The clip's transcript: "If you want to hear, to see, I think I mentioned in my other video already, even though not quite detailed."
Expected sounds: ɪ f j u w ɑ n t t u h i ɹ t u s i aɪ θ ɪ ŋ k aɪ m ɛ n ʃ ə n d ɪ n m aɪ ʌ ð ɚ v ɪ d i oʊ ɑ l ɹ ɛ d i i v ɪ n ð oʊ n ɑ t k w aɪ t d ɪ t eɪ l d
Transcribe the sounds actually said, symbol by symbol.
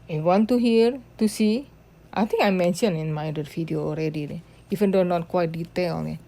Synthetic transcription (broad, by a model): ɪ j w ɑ n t t u h i ɹ t u s i aɪ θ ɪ ŋ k aɪ m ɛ n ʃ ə n ɪ n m aɪ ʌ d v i d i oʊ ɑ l ɹ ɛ d i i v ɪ n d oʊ n ɑ t k w aɪ t d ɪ t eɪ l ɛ